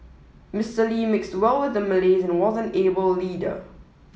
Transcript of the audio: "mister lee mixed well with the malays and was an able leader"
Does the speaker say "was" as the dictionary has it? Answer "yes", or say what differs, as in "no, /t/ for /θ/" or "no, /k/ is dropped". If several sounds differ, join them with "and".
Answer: yes